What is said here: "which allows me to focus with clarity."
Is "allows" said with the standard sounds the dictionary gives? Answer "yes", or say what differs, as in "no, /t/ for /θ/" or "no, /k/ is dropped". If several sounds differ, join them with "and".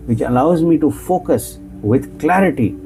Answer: yes